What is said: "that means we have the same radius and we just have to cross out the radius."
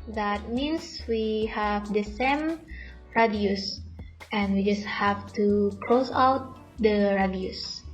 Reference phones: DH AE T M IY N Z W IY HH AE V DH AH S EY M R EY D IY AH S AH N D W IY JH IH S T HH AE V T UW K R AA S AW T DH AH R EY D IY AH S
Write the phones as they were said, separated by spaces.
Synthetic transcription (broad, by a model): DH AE T M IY N S W IY HH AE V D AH S EY M R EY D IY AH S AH N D W IY JH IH S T HH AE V T UW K L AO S AW T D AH R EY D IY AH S